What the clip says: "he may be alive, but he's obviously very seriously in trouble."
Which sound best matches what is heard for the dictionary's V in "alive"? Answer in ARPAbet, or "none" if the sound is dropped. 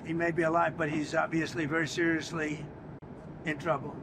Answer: V